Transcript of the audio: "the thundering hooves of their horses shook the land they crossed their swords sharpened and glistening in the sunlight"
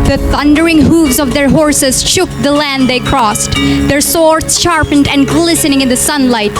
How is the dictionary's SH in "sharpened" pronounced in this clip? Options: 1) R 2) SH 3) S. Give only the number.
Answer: 2